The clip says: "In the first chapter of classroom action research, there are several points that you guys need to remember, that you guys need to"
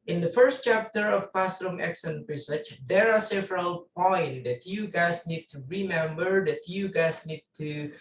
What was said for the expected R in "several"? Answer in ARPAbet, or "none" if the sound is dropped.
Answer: R